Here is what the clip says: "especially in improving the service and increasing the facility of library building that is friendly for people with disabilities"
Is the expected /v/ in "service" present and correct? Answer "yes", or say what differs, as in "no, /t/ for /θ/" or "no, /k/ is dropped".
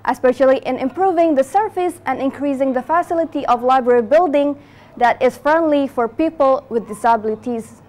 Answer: no, /f/ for /v/